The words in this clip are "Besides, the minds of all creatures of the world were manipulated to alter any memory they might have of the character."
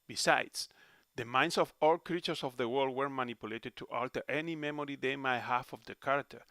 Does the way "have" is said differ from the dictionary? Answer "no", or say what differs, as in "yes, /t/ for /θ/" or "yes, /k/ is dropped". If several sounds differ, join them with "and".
yes, /f/ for /v/